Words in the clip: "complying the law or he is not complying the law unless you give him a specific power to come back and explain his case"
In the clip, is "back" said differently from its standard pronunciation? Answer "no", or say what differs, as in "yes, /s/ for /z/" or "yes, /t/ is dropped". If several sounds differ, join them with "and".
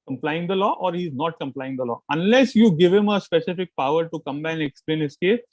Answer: yes, /k/ is dropped